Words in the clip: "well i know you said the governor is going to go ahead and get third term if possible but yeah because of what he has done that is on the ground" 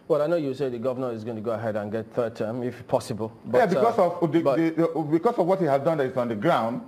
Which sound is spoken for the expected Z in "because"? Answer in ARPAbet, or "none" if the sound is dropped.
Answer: S